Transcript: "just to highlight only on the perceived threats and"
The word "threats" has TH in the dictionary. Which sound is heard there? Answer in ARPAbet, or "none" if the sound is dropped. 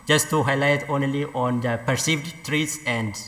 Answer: T